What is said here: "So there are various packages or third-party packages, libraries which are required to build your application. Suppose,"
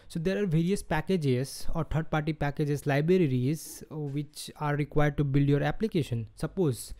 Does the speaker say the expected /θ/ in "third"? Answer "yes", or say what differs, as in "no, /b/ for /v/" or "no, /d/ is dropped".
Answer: no, /t/ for /θ/